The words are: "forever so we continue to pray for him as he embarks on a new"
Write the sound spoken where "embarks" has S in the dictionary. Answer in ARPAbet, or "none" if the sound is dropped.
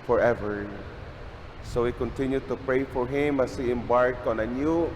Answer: none